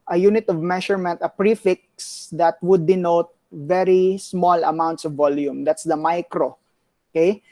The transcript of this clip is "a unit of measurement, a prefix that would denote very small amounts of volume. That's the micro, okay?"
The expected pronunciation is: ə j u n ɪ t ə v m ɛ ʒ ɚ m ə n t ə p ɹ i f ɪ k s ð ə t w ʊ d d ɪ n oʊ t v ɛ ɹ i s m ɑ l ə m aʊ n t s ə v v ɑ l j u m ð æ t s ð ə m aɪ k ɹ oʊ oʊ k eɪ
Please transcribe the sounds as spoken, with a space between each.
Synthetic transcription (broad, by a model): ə j u n ɪ t ə v m ɛ ʃ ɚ m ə n t ə p ɹ i f ɪ k s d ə t w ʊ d d ɪ n oʊ t v ɛ ɹ i s m ɑ l ə m aʊ n t s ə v v ɑ l j u m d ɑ t s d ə m aɪ k ɹ oʊ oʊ k eɪ